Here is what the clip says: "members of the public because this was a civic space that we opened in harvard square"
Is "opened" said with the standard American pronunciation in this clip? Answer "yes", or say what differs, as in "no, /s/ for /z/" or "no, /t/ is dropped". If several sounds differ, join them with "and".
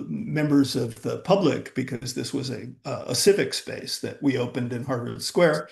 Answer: yes